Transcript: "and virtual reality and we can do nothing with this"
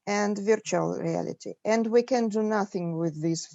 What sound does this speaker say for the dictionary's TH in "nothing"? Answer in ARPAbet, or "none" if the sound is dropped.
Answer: TH